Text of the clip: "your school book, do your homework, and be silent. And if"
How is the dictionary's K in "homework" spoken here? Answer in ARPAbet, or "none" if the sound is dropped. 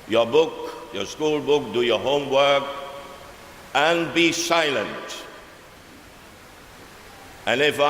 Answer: K